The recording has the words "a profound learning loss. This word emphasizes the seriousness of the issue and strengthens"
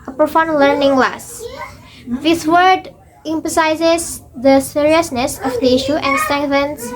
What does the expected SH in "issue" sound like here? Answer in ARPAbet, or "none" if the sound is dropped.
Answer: SH